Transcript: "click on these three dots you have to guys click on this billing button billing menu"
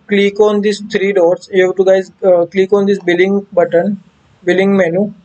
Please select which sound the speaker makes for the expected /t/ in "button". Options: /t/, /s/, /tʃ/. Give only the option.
/t/